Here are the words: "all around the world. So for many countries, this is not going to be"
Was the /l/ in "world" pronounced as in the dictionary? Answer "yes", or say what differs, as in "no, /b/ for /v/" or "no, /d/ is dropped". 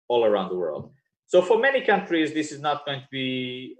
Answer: yes